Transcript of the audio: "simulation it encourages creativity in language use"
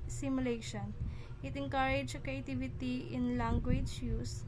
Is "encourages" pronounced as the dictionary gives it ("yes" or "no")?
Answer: no